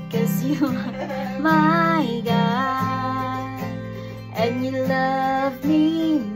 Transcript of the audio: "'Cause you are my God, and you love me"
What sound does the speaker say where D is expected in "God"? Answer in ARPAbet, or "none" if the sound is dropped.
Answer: none